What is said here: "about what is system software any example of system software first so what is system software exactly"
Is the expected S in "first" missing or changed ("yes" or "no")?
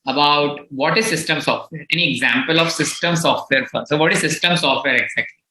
yes